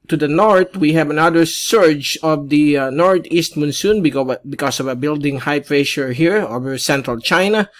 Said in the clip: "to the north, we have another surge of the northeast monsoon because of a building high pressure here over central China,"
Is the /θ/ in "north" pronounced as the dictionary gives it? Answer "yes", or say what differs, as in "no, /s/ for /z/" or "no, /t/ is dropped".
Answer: no, /t/ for /θ/